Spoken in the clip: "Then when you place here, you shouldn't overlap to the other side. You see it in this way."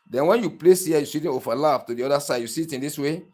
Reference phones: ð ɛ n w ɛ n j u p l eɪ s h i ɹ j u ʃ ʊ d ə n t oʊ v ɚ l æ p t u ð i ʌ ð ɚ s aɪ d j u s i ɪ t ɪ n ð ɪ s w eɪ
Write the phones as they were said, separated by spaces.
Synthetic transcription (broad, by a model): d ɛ n w ɛ n j u p l eɪ s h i j u s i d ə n oʊ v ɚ l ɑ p t u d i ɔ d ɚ s aɪ d j u s i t ɪ n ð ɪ s w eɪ